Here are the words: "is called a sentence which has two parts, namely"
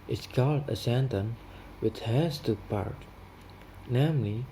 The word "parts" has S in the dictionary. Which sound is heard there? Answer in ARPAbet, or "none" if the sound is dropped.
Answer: none